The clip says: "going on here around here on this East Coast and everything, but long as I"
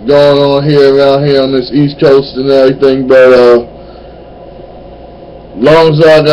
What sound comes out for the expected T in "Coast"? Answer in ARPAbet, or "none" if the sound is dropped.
T